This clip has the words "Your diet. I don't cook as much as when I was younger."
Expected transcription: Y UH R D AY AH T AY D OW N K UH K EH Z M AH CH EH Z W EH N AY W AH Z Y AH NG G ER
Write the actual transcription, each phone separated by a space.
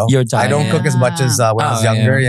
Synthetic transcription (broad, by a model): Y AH R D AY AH AY D OW N K UH K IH Z M AH CH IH Z W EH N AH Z Y AH NG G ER